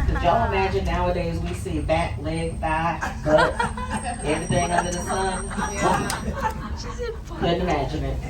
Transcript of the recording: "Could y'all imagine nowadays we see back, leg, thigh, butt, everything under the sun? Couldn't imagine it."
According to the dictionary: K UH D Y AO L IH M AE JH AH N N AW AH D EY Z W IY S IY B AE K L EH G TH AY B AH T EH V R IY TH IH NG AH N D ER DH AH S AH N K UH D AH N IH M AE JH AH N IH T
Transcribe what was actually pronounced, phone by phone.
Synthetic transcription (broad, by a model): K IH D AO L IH M AE JH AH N N AW AH D EY Z W IY S IY B AE K L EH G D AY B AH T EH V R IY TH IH NG AH N D ER DH AH S AH N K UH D N IH M AE JH AH N IH T